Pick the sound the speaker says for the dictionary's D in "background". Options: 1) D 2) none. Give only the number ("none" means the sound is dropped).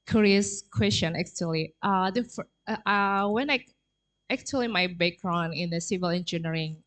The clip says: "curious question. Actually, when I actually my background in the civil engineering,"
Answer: 2